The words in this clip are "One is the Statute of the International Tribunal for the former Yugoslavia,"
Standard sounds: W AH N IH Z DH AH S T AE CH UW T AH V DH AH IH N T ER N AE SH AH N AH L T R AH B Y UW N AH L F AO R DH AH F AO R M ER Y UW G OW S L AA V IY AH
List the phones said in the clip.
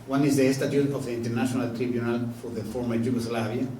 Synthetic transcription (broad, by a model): W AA N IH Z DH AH S T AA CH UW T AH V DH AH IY N T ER N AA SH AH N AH L T R AH B Y UW N AH L F AO R DH AH F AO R M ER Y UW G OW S L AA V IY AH